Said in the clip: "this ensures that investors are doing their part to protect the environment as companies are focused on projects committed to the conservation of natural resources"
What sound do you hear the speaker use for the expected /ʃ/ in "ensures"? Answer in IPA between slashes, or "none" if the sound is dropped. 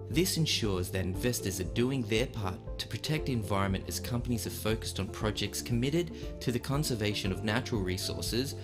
/ʃ/